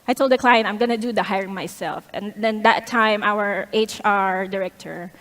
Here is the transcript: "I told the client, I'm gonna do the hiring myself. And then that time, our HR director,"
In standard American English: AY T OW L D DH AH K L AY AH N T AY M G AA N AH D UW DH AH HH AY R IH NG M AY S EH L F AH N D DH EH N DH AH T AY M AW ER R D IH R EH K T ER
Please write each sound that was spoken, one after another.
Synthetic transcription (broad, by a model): AY T OW L D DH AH K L AY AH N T AY M G AA N AH D UW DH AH HH AY R IH NG M AY S EH L F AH N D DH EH N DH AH T AY M AW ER R D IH R EH K T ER